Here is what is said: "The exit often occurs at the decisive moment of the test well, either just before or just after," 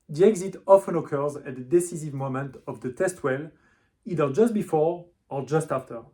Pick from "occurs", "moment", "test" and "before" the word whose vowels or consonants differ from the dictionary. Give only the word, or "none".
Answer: none